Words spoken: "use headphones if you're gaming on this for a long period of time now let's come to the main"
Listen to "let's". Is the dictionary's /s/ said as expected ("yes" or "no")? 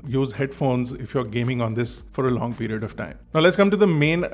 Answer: yes